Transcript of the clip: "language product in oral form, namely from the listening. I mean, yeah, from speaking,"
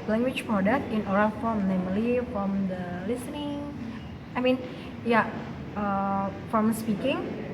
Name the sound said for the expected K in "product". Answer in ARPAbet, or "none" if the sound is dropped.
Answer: none